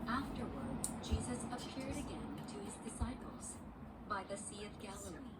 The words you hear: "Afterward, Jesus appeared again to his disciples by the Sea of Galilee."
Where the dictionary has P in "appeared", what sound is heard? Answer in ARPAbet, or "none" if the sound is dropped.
P